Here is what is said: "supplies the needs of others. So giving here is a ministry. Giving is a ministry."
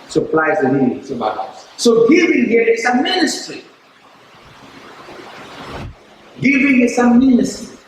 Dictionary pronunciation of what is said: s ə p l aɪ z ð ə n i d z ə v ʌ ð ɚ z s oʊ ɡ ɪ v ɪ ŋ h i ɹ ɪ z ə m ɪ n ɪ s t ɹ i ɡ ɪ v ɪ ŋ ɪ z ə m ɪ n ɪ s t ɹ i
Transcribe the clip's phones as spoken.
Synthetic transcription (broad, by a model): s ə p l aɪ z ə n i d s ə b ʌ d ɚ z s oʊ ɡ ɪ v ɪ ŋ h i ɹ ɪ s ə m ɪ n ɪ s t ɹ i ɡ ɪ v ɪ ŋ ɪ s ə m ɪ n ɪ s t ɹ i